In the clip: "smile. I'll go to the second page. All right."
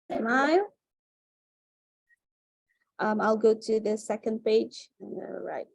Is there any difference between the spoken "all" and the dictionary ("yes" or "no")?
yes